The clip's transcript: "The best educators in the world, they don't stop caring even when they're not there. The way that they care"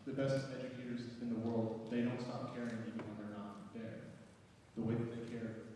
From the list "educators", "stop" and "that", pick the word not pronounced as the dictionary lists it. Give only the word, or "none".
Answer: none